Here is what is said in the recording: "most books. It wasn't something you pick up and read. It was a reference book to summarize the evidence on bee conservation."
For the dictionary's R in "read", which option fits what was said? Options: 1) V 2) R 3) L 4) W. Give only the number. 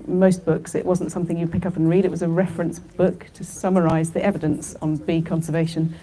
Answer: 2